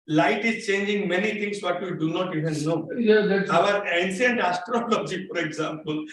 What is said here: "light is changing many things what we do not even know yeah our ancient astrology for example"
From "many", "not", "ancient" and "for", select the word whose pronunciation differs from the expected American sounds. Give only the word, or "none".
ancient